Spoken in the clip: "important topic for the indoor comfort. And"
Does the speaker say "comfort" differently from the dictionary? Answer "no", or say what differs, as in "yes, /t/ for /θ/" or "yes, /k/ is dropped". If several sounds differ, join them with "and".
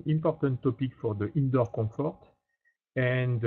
yes, /m/ is dropped